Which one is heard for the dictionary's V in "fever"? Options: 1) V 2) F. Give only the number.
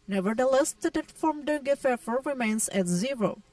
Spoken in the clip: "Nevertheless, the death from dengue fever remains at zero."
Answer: 2